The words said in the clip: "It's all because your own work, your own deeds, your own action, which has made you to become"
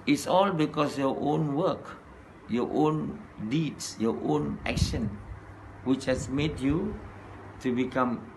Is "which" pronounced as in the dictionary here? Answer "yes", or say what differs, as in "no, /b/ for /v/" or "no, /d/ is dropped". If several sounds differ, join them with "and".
yes